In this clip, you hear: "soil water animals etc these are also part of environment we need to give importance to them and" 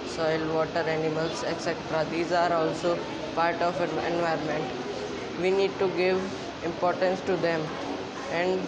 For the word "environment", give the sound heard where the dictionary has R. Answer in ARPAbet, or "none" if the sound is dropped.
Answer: none